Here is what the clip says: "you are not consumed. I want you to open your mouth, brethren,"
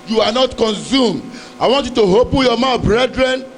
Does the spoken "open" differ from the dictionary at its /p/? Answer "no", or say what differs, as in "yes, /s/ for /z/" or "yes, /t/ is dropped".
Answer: yes, /b/ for /p/